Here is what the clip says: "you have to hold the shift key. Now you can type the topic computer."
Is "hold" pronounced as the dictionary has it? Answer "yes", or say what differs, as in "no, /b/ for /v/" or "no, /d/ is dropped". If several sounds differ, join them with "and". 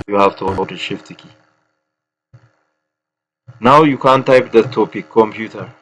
no, /l/ is dropped